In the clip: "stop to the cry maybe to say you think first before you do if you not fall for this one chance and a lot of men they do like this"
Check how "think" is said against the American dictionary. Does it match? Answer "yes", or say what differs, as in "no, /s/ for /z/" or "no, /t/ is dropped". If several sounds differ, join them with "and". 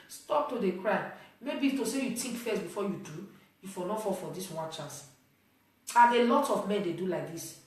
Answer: no, /t/ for /θ/